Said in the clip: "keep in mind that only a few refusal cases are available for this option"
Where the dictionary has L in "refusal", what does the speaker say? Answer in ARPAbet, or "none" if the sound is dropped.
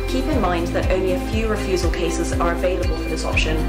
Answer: L